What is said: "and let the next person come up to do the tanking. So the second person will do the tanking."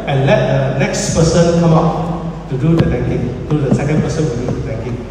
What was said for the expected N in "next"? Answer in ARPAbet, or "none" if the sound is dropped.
N